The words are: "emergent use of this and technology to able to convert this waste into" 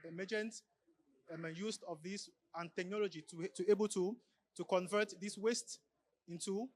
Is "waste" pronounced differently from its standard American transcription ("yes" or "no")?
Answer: no